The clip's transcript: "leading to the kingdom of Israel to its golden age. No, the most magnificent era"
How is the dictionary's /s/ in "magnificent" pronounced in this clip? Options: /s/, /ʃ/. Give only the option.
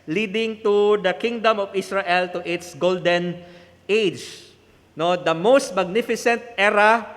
/s/